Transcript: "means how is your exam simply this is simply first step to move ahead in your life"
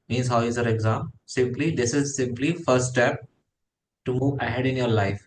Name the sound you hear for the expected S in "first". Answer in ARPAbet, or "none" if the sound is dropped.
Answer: none